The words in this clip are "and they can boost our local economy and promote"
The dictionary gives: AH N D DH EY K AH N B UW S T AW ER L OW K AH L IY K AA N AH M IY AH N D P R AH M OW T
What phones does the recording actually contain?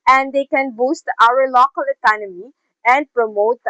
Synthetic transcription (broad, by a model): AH N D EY K AH N B UW S T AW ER L OW K AH L IY K AA N AH M IY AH N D P R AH M OW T